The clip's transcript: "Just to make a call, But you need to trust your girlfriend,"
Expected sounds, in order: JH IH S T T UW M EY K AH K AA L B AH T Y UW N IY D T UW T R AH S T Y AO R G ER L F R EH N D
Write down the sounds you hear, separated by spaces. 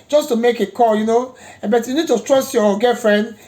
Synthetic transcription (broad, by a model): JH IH S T T UW M EY K AH K AA N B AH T Y UW N IY D T UW T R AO S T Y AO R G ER F R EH N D